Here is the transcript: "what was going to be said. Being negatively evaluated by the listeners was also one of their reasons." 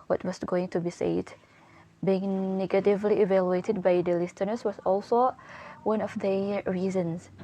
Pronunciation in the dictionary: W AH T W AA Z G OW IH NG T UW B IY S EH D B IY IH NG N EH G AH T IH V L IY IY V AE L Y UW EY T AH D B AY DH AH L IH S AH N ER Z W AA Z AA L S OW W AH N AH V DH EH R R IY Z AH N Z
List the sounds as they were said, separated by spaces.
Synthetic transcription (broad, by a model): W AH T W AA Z G OW IH NG T UW B IY S EH D B IY IH NG N EH G AH T IH V L IY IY V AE L Y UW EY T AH D B AY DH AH L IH S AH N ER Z W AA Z AA L S OW W AH N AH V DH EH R R IY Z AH N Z